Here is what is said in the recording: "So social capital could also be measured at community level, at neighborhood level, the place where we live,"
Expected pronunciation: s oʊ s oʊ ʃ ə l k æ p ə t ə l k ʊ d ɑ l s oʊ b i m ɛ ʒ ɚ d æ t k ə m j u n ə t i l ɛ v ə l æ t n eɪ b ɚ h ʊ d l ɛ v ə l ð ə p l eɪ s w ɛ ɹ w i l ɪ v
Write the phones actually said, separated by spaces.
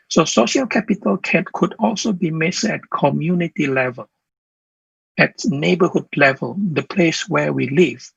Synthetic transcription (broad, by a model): s oʊ s oʊ ʃ ə l k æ p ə t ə l k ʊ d ɑ l s oʊ b i m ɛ s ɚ t k ə m j u n ə t i l ɛ v ə l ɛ t n eɪ b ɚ h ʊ d l ɛ v ə l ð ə p l eɪ s w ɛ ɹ w i l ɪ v